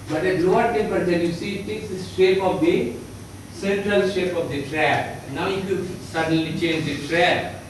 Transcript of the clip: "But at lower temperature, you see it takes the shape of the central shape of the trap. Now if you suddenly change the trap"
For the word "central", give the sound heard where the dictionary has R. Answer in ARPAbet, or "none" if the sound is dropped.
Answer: R